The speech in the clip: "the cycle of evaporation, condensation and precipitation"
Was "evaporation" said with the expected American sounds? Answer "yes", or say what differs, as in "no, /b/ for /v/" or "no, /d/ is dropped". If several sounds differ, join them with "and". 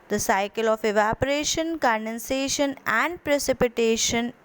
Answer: yes